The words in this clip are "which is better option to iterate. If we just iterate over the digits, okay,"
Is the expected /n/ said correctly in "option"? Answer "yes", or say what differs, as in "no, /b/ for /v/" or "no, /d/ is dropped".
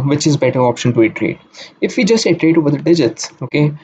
yes